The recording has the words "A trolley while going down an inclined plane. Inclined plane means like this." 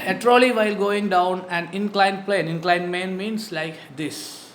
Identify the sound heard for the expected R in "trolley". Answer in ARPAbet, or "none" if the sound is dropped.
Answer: R